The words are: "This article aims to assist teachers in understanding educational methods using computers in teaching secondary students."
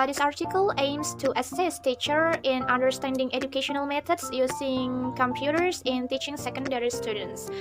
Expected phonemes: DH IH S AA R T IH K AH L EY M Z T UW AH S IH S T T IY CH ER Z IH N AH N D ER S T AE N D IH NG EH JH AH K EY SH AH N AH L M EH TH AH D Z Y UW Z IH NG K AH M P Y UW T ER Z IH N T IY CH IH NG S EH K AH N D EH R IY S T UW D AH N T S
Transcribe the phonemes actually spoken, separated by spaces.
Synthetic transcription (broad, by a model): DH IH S AA R T IH K AH L EY M S T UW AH S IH S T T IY CH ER IH N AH N D ER S T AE N D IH NG EH JH AH K EY SH AH N AH L M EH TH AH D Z Y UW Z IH NG K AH M P Y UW T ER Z IH N T IY CH IH NG S EH K AH N D EH R IY S T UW D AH N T S